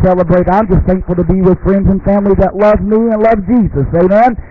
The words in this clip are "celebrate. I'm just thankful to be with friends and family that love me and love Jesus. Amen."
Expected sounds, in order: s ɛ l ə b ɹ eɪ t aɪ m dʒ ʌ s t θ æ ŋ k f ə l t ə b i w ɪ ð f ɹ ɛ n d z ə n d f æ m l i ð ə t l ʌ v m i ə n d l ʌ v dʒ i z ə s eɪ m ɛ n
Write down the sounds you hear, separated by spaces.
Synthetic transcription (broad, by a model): s ɛ l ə b ɹ eɪ t aɪ m dʒ ʌ s t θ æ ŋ k f l t ə b i w ɪ ð f ɹ ɛ n d z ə n f æ m l i ð ə t l ʌ v m i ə n l ʌ v dʒ i z ə s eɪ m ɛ n